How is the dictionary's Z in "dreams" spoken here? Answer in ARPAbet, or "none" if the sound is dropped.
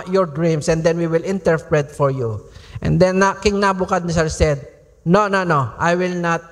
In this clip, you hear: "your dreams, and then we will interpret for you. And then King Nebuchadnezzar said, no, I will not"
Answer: S